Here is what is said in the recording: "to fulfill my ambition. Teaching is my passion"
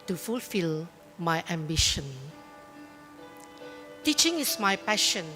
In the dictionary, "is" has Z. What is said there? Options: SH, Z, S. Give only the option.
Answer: S